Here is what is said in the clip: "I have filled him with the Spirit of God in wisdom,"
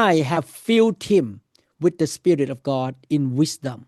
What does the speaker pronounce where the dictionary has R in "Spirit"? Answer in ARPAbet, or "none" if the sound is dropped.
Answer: R